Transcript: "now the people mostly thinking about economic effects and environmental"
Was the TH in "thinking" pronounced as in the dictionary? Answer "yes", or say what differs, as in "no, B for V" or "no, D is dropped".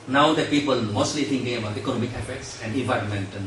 no, T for TH